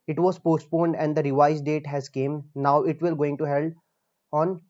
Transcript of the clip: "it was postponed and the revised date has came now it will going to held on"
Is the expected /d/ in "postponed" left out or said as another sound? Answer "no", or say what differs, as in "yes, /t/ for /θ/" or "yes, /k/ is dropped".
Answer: no